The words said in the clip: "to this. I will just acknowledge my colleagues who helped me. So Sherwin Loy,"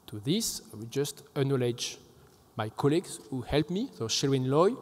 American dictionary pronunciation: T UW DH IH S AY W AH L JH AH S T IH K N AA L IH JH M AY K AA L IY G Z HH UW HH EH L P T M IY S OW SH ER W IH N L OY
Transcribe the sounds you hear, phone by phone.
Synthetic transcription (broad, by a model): T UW DH IH S AY W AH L JH AH S T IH N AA L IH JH M AY K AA L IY G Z HH UW HH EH L P M IY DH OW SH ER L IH N L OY